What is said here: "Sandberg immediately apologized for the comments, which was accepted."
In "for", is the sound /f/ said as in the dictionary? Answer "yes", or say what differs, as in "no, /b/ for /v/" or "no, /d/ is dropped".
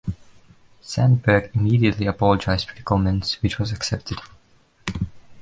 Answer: no, /p/ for /f/